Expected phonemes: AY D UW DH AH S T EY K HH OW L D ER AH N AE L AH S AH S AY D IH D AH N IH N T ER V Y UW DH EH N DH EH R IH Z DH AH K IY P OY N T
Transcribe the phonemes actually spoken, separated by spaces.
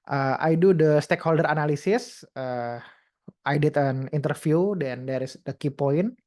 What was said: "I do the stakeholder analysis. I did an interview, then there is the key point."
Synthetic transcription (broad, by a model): AY D UW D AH S T EY K HH OW L D ER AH N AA L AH S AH S AY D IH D AH N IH N T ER F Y UW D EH N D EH R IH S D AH K IY P OY N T